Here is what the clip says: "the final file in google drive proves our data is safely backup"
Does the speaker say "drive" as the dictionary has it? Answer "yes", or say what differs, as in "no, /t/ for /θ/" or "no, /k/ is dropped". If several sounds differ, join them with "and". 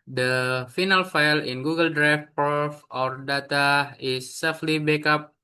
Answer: no, /f/ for /v/